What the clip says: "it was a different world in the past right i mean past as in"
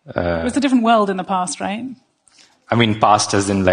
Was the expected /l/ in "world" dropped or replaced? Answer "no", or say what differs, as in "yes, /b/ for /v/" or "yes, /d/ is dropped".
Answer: no